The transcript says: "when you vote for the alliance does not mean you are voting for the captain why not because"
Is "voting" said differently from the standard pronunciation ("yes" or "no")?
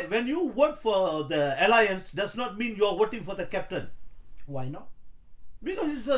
yes